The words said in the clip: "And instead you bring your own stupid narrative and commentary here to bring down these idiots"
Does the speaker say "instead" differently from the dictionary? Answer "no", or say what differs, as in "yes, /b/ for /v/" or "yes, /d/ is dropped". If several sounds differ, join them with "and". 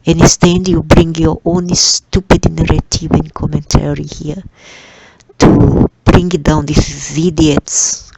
yes, /n/ is dropped